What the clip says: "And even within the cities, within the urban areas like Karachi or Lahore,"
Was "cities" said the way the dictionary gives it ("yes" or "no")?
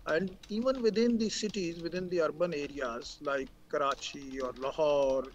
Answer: yes